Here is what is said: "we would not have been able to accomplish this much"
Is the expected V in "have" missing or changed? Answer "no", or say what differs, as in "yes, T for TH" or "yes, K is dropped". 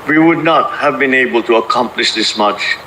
no